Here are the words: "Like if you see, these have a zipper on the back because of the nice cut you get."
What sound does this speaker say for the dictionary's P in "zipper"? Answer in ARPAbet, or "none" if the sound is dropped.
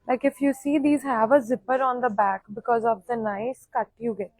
P